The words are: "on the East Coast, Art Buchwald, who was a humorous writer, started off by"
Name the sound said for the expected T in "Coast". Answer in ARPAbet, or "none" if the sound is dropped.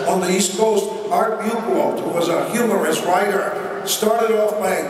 T